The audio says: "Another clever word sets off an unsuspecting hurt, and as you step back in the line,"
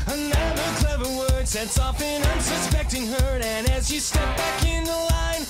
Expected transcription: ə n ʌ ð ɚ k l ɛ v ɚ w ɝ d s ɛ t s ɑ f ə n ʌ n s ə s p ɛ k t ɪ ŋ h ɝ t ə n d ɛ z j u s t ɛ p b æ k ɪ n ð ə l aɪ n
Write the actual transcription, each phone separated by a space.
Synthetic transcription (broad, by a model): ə n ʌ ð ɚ k l ɛ v ɚ w ɝ d s ɛ t s ɑ f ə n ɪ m s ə s p ɛ k t ɪ ŋ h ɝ ə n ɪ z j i s t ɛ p b æ k ɪ n ð ə l aɪ n